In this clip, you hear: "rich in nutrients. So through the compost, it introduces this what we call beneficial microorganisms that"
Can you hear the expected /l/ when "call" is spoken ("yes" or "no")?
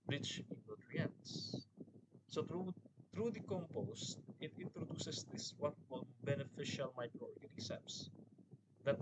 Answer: no